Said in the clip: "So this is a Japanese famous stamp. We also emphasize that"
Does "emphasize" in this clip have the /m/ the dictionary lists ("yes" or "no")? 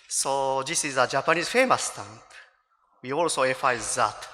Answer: no